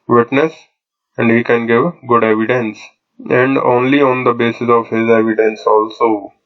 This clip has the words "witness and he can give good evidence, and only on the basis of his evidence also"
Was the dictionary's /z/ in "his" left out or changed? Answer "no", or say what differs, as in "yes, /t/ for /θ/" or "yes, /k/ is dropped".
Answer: no